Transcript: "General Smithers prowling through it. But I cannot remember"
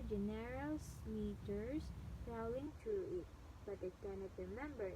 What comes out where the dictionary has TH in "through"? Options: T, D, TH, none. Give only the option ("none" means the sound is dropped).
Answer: T